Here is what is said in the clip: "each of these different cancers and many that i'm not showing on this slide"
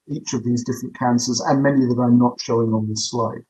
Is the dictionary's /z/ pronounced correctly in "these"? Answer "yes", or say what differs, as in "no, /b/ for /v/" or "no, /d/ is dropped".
yes